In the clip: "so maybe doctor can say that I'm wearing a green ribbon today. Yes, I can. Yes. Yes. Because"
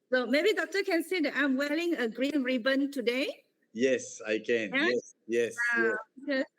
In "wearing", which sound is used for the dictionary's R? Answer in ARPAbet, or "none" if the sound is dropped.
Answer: L